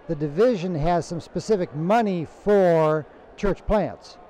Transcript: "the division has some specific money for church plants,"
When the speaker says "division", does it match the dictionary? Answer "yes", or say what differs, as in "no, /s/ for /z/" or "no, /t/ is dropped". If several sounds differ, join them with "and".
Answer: yes